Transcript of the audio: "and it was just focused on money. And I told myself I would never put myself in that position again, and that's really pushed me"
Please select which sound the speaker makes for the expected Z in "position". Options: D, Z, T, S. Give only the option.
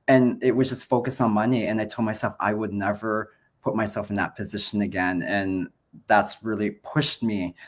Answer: Z